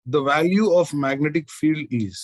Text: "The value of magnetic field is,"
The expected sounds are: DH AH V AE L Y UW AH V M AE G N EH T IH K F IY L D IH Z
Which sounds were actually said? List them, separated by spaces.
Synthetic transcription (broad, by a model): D AH V AE L Y UW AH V M AE G N EH T IH K F IY L D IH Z